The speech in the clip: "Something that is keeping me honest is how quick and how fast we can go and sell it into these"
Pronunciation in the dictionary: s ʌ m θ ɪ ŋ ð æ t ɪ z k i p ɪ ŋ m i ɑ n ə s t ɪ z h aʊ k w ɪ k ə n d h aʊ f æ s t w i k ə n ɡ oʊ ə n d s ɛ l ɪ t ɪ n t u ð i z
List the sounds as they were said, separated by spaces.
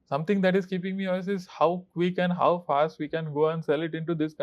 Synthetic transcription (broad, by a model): s ʌ m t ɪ ŋ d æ t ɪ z k i p ɪ ŋ m i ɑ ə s ɪ z h aʊ k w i k ə n d h aʊ f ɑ s t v i k ə n ɡ oʊ ə n d s ɛ l ɪ t ɪ n t u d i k